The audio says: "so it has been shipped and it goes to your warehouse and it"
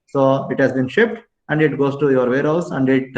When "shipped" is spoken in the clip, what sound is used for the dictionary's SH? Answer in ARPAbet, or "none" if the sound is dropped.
SH